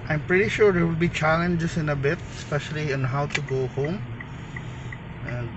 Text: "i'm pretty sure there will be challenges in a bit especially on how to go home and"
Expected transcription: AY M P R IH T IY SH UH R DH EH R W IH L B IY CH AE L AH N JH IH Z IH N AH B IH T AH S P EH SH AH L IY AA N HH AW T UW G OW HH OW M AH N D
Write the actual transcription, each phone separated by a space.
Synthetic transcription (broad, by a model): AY M P R IH T IY SH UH R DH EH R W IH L B IY CH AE L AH N JH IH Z IH N AH B IH T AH S P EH SH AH L IY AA N HH AW T UW G OW HH OW M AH N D